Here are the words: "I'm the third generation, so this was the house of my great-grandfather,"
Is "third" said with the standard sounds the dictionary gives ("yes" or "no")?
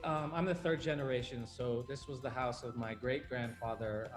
yes